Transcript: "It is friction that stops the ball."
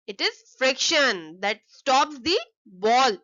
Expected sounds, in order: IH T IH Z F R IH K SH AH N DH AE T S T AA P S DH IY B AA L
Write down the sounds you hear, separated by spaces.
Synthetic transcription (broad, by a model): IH T IH Z F R IH K SH AH N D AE T S T AA P S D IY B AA L